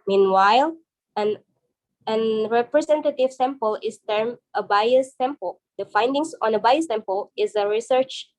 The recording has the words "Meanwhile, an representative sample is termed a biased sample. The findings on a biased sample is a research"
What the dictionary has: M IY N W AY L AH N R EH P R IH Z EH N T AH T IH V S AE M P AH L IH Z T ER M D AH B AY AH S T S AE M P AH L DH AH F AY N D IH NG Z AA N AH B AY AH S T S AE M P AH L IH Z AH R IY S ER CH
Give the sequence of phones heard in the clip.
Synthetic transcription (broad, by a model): M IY N W AY L AH N R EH P R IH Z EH N T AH T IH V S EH M P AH L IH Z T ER M AH B AY AH S T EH M P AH L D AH F AY N D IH NG S AA N AH B AY AH S T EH M P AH L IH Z AH R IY S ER CH